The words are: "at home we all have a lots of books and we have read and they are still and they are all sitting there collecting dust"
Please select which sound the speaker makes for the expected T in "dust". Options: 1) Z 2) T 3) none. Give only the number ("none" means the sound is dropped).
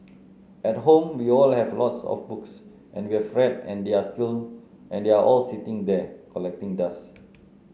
3